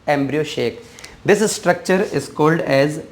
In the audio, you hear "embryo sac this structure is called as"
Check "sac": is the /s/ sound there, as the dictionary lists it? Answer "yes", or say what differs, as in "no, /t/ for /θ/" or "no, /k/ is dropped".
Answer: no, /ʃ/ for /s/